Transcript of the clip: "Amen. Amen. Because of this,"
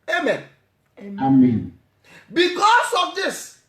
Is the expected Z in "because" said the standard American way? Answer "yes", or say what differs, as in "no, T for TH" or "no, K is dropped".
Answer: no, S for Z